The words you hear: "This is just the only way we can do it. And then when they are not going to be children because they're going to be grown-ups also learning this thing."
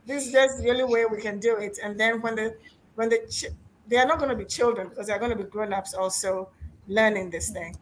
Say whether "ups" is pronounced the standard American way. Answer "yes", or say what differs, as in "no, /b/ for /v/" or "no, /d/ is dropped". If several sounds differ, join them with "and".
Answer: yes